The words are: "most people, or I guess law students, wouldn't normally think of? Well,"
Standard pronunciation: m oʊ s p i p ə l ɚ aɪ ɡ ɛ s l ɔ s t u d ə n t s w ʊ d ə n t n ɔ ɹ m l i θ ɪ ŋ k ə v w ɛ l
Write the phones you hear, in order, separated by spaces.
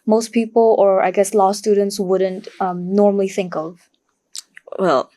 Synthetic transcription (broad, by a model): m oʊ s p i p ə l ɚ aɪ ɡ ɛ s l ɔ s t u d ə n t s w ʊ d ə n t n ɔ ɹ m l i θ ɪ ŋ k ə v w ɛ l